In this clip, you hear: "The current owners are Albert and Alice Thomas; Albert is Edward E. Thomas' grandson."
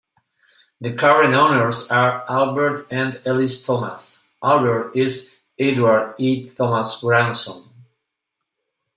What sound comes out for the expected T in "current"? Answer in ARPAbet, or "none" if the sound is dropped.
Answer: none